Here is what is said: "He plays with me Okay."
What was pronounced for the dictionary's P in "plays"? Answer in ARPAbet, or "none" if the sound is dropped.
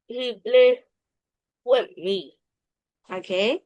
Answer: B